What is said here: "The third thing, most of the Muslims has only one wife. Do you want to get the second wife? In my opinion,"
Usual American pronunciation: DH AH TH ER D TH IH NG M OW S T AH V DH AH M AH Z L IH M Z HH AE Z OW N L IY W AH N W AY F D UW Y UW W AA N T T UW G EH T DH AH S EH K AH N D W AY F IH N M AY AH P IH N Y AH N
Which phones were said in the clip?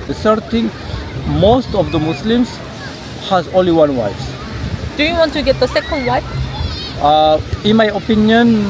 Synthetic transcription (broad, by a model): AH S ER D T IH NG M OW S T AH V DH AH M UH S L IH M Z HH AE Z OW N L IY W AH N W AY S D UW Y UW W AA N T T UW G EH T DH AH S EH K AH N D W AY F IH N M AY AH P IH N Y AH N